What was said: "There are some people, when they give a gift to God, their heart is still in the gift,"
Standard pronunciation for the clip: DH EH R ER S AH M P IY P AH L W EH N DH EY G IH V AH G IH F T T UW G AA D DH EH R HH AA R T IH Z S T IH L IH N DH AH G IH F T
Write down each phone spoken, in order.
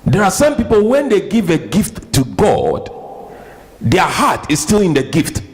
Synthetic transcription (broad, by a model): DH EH R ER S AH M P IY P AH L W EH N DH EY G IH V AH G IH F T T UW G AA D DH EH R HH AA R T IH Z S T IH L IH N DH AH G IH F T